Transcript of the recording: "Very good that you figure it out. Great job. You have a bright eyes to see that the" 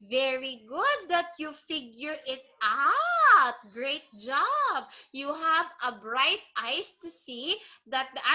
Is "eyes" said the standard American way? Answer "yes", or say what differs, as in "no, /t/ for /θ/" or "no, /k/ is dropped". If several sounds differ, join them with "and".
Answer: no, /s/ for /z/